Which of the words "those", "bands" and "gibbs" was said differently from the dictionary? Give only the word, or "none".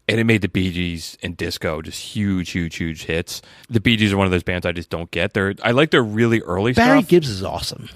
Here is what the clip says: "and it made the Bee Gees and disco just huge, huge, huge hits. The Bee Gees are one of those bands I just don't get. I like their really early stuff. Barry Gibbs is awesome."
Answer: none